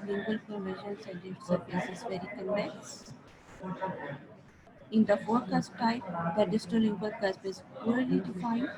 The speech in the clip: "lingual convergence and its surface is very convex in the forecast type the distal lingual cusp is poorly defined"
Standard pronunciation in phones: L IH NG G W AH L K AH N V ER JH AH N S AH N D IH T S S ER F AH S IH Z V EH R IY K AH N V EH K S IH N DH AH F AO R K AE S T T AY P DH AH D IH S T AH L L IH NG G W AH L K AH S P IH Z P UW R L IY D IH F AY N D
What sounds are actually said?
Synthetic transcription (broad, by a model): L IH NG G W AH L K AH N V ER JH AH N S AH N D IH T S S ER P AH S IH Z V EH R IY K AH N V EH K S IH N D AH F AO R K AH S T T AY P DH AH D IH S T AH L L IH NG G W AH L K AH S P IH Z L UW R L IY D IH F AY N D